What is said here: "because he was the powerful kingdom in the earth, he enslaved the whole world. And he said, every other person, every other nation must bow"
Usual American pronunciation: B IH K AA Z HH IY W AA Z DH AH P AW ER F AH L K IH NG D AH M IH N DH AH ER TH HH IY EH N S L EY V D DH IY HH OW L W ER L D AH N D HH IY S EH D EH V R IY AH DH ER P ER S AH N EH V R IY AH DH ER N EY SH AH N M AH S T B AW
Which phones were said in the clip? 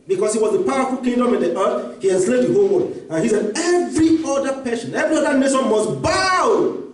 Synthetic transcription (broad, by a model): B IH K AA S HH IY W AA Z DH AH P AW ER F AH L K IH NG D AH M IH N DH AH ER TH HH IY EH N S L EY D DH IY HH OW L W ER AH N HH IY S EH D EH V R IY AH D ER P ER SH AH N EH V R IY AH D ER N EY SH AH N M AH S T B AW